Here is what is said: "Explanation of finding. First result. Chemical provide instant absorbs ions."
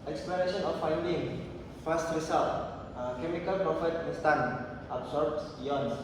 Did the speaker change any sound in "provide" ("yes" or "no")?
yes